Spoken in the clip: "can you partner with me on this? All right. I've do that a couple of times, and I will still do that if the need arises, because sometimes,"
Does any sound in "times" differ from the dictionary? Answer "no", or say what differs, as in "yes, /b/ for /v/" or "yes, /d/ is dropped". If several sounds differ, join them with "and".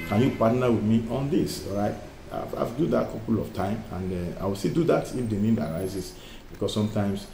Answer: yes, /z/ is dropped